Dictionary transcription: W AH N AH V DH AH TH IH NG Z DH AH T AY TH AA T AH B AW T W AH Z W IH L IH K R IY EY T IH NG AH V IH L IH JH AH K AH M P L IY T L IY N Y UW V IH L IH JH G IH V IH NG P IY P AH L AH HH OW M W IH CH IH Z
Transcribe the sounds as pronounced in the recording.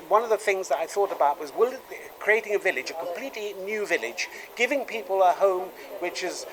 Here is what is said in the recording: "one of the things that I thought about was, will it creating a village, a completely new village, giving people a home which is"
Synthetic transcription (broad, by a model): W AH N AH V DH AH TH IH NG Z DH AH T AY TH AA T AH B AW T W AH Z W IH L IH K R IY EY T IH NG AH V IH L IH JH AH K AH M P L IY T L IY N Y UW V IH L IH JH G IH V IH NG P IY P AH L AH HH OW M W IH CH IH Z